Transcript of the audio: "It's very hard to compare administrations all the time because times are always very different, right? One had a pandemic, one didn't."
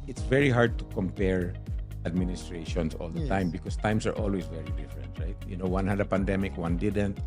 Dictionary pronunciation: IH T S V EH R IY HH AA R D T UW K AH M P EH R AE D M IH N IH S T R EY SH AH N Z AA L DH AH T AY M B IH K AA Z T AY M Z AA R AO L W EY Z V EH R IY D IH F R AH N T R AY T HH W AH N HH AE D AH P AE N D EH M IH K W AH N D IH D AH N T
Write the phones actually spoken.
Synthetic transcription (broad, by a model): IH T S V EH R IY HH AA R D T UW K AH M P EH R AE D M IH N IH S T R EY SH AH N S AA L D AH T AY M B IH K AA S T AY M S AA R AO L W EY S V EH R IY D IH F R AH N T R AY T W W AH N HH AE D AH P AE N D EH M IH K W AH N D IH D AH N T